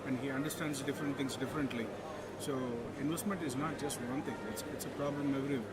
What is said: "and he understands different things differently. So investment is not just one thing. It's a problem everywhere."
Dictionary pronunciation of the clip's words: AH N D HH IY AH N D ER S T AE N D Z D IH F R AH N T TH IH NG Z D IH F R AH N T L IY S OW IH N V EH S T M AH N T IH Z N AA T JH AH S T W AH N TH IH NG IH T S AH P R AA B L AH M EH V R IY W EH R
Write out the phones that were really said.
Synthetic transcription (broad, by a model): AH N D HH IY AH N D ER S T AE N D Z D IH F R AH N T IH NG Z D IH F R AH N T L IY S OW IH N V EH S T M AH N T IH Z N AA T JH AH S T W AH N T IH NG IH T S AH P R AA B L AH M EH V R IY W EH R